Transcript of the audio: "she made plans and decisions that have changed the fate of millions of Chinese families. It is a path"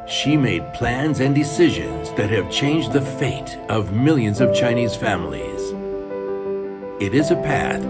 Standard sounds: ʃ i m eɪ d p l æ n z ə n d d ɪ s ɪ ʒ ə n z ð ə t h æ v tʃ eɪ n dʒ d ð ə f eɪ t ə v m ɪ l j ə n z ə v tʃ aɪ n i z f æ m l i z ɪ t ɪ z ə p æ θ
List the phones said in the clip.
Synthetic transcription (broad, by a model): ʃ i m eɪ d p l æ n z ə n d d ɪ s ɪ ʒ ə n z ð ə t h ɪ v tʃ eɪ n dʒ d ð ə f eɪ t ə v m ɪ l j ə n z ə v tʃ aɪ n i z f æ m l i z ɪ t ɪ z ə p æ θ